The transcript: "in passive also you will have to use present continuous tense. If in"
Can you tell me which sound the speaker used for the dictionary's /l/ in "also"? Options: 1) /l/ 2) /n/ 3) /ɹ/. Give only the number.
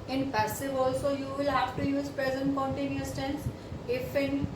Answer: 1